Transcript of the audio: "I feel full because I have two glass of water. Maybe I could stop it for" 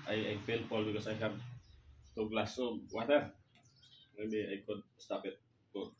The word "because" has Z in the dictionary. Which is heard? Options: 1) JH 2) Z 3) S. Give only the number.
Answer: 3